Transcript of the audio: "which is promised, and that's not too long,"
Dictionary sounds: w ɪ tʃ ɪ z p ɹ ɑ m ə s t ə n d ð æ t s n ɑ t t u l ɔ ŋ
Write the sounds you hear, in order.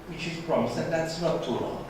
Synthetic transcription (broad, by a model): w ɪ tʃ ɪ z p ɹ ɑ m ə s ə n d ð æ t s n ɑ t t u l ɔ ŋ